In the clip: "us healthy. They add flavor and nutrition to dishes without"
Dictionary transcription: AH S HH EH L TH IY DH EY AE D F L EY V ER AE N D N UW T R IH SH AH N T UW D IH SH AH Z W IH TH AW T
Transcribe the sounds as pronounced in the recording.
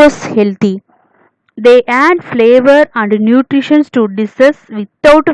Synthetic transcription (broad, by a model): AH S HH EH L T IY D EY AE D F L EY V ER AE N D N UW T R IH SH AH N T UW D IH S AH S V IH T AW T